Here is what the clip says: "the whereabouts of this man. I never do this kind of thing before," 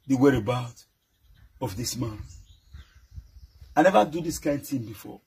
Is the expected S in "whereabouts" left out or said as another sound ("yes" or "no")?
yes